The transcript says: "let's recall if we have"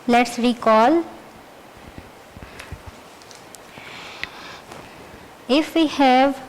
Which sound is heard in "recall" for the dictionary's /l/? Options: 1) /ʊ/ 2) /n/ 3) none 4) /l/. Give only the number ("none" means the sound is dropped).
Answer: 4